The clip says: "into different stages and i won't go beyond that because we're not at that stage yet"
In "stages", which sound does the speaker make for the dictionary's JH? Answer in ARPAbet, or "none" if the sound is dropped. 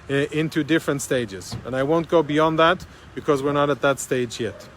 JH